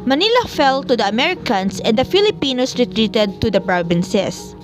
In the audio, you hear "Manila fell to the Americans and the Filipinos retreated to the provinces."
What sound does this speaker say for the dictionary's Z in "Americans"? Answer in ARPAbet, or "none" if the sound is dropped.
S